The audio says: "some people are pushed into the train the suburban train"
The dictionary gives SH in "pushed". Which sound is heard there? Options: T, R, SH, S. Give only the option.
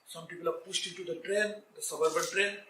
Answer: S